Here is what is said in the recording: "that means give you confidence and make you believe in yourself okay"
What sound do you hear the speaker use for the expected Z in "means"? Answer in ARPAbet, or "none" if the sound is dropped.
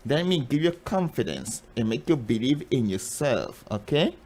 none